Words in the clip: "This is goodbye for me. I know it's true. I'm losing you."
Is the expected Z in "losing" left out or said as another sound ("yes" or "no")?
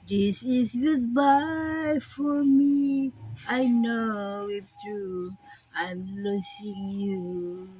yes